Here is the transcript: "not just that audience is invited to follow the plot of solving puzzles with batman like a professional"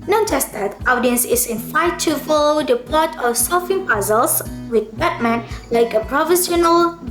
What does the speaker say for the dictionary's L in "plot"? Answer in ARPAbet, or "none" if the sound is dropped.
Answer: none